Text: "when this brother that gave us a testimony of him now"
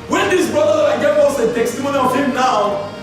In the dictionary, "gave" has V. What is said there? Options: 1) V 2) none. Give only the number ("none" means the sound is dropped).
2